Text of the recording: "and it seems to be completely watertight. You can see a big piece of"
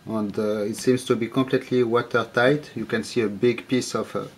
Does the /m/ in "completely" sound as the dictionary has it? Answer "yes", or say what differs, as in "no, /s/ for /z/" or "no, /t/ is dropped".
yes